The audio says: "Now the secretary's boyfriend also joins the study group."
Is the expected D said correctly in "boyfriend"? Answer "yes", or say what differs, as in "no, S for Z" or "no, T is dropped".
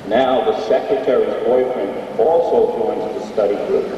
no, D is dropped